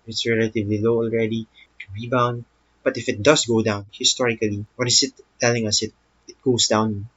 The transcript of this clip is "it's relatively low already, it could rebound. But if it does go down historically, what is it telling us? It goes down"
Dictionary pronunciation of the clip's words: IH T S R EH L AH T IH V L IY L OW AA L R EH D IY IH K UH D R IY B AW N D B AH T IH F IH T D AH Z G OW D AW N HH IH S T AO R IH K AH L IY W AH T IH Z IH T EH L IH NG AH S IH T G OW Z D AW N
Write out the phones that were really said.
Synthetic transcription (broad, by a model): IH T S R EH L AH T IH V L IY L OW AA L R EH D IY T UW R IY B AW N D B AH T IH F IH T D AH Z G OW D AW N HH IH S T AO R IH K AH L IY W AH T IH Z IH T EH L IH NG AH S IH T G OW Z D AW N